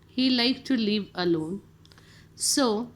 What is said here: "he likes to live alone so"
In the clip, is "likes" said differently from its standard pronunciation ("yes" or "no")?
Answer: yes